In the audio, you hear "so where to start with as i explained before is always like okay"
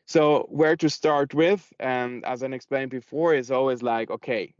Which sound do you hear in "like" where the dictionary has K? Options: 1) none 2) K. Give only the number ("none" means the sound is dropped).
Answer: 2